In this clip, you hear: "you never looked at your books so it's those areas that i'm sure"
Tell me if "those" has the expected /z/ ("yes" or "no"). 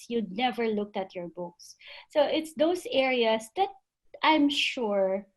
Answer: no